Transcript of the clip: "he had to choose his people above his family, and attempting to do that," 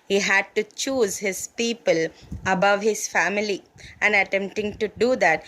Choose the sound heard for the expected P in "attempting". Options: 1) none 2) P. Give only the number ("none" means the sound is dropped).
2